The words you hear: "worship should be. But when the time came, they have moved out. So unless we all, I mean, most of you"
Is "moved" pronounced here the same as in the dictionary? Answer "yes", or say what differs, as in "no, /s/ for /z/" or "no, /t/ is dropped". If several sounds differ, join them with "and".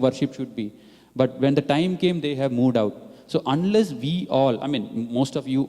yes